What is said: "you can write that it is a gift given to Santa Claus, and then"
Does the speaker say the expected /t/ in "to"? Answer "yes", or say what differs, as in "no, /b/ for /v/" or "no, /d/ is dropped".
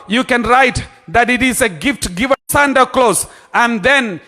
no, /s/ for /t/